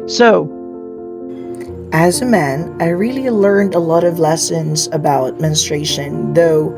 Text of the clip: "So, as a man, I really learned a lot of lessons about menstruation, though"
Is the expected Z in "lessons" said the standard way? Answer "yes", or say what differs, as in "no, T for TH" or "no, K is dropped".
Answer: yes